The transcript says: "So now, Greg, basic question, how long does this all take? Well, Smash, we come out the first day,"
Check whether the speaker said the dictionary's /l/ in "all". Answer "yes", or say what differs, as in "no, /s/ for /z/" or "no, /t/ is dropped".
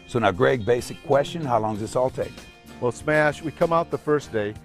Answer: yes